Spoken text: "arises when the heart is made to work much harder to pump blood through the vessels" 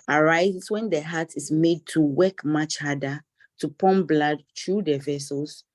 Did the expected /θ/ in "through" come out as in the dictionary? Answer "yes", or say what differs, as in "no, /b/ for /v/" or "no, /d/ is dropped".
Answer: no, /t/ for /θ/